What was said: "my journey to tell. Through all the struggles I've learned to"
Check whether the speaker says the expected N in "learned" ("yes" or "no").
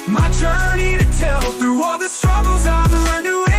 no